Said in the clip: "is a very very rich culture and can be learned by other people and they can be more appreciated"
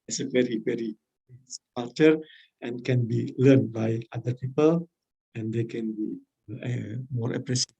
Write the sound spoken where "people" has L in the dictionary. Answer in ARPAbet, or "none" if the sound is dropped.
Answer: L